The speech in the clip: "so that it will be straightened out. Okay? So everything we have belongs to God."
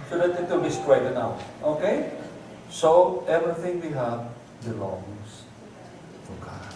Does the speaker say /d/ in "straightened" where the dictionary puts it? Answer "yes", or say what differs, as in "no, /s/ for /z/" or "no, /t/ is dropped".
no, /d/ is dropped